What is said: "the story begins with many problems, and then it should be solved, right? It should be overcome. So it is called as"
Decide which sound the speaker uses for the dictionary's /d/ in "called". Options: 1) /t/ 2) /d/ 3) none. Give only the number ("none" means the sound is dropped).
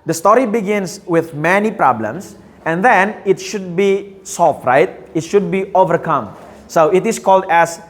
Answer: 2